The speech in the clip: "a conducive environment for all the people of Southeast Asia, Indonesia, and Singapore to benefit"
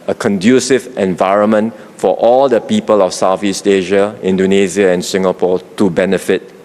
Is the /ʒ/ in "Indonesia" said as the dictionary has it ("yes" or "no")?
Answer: no